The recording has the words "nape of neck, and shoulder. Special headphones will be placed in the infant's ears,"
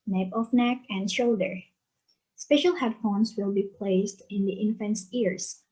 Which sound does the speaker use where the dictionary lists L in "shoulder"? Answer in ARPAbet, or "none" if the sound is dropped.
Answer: L